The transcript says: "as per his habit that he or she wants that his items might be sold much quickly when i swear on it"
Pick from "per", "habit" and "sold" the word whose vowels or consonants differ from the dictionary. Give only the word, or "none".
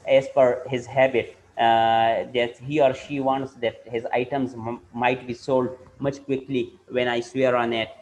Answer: per